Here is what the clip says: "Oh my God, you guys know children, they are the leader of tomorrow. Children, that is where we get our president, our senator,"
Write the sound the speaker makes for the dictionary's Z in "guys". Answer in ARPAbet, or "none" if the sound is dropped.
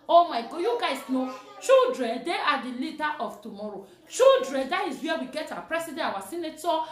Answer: S